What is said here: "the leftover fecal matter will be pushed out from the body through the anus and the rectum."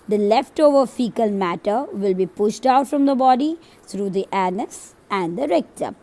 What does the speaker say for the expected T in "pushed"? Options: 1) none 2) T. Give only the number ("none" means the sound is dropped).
2